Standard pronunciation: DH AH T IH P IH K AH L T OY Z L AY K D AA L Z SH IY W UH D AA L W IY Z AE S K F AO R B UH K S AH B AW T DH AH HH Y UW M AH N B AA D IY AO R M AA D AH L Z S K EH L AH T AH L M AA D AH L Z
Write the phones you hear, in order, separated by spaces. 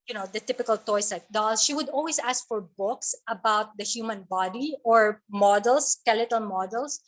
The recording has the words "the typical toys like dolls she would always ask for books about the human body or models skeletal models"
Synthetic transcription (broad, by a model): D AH T IH P IH K AH L T OY S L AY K D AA L SH IY W UH D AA L W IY S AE S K F AO R B UH K S AH B AW T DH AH HH Y UW M AH N B AA D IY AO R M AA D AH L S K EH L AH T AH L M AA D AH L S